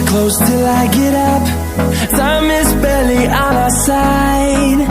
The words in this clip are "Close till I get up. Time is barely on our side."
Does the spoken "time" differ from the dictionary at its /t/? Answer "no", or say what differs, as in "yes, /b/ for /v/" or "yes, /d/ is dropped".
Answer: yes, /s/ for /t/